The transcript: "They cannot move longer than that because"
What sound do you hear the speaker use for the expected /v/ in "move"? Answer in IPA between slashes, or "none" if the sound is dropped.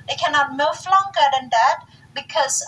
/f/